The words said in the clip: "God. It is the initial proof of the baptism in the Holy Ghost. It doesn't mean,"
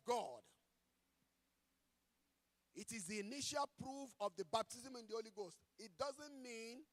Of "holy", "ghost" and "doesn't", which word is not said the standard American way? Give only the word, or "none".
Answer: none